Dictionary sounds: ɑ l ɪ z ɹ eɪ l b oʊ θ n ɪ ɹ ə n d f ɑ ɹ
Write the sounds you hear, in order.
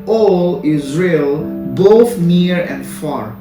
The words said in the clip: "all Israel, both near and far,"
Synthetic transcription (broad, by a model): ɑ l ɪ z ɹ eɪ l b oʊ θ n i ɹ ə n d f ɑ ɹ